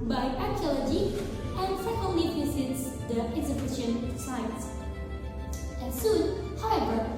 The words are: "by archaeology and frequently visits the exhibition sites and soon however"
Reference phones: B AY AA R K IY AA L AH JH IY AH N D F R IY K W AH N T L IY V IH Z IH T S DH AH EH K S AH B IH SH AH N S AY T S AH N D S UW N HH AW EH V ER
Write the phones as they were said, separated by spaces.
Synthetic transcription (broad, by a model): B AY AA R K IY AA L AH JH IY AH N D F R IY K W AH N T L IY P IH S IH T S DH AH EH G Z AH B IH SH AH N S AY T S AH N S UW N HH AW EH V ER